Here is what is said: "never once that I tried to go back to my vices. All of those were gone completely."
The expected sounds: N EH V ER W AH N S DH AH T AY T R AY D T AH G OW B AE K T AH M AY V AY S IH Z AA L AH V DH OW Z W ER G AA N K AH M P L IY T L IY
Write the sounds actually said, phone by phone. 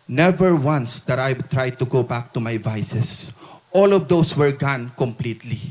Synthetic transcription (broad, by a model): N EH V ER W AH N S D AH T AY T R AY D T AH G OW B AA K T AH M AY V AY S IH S AA L AH V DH OW S W ER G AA N K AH M P L IY T L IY